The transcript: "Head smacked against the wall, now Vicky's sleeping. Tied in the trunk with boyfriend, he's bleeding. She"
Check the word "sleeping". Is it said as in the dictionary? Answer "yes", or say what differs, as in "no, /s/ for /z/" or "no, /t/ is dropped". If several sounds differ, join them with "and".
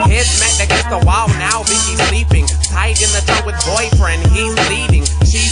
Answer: yes